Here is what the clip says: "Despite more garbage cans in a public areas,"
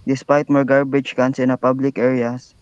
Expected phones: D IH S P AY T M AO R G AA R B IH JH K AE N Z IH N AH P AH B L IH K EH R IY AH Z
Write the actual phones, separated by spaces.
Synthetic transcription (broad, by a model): D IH S P AY T M AO R G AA R B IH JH K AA N S IH N AH P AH B L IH K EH R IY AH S